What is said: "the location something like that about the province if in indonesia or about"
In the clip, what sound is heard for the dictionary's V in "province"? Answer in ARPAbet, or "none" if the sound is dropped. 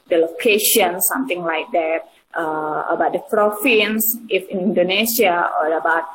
F